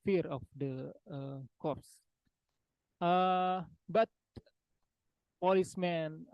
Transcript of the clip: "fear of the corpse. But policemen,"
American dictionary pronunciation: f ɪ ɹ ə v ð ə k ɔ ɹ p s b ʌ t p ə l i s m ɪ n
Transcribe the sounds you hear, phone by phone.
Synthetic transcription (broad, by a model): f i ɹ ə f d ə k ɔ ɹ s b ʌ t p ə l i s m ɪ n